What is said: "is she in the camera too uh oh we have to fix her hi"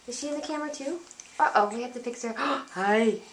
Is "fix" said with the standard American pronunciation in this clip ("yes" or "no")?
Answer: no